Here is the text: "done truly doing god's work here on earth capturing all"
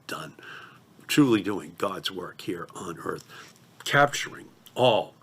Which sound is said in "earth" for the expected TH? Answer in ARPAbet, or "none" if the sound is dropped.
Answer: TH